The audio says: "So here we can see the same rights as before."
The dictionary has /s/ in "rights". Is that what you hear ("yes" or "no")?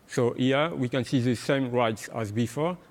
yes